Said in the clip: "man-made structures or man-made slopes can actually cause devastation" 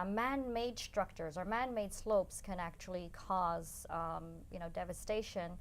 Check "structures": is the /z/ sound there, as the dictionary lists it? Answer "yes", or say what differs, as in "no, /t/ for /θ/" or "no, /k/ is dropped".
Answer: yes